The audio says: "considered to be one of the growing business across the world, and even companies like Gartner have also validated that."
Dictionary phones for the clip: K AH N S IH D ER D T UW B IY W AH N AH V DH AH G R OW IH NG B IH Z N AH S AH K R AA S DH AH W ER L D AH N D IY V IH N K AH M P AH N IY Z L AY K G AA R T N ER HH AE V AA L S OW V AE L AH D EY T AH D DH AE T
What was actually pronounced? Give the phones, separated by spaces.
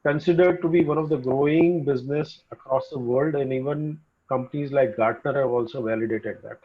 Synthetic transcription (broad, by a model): K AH N S IH D ER D T UW B IY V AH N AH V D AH G R OW IH NG B IH Z N AH S AH K R AA S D AH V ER L D AH N D IY V IH N K AH M P AH N IY Z L AY K G AA R T N ER HH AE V AA L S OW V AE L AH D EY T AH D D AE T